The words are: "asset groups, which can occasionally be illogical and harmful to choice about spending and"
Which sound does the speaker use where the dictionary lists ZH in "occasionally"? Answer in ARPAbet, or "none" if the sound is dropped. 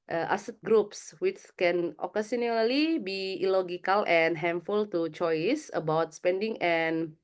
S